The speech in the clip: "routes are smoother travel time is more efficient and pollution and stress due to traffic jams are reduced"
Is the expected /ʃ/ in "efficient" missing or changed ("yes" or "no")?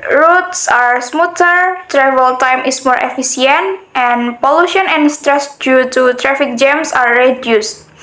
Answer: yes